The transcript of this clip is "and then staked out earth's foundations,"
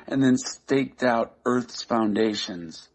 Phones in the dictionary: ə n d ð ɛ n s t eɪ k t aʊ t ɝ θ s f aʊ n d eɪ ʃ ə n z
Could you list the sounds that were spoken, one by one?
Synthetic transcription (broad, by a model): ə n ð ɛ n s t eɪ k t aʊ t ɝ θ s f aʊ n d eɪ ʃ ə n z